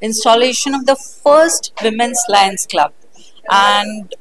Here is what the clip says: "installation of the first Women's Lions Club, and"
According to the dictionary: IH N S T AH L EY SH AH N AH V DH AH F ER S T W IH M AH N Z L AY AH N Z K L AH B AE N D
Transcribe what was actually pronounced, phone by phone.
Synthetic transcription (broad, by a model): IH N S T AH L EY SH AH N AH V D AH F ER S T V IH M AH N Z L AY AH N S K L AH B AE N D